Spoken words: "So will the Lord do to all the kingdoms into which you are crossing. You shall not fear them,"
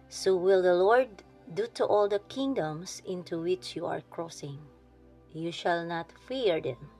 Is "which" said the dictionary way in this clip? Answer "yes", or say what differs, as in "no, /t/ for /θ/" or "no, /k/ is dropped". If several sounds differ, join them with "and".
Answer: yes